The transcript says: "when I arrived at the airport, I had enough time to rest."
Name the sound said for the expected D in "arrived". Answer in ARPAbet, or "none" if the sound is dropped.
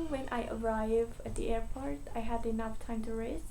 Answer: none